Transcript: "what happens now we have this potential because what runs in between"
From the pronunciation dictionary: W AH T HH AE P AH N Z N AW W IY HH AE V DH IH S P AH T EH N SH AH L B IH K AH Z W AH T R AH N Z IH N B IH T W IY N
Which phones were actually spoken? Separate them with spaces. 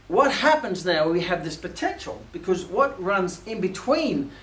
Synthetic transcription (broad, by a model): W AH T HH AE P AH N Z N AW W IY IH V DH IH S P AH T EH N SH L B IH K AH Z W AH T R AH N Z IH N B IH T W IY N